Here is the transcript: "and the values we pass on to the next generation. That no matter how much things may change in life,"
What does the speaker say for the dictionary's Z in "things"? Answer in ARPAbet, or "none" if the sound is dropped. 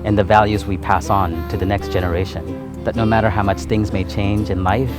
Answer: Z